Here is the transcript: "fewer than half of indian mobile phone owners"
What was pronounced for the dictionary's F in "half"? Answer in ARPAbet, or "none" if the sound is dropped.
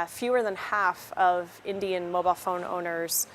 F